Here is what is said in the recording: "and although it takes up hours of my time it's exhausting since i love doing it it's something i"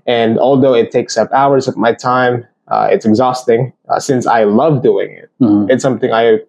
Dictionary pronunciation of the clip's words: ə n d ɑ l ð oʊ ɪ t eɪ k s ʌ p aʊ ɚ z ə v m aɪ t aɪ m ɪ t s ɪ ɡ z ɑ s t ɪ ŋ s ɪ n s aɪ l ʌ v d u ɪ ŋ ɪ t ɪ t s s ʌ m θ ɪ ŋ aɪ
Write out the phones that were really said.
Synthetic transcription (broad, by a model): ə n ɑ l ð oʊ ɪ t eɪ k s ʌ p aʊ ɚ z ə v m aɪ t aɪ m ɪ t s ɪ ɡ z ɑ s t ɪ ŋ s ɪ n s aɪ l ʌ v d u ɪ ŋ ɪ t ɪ t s s ʌ m θ ɪ ŋ aɪ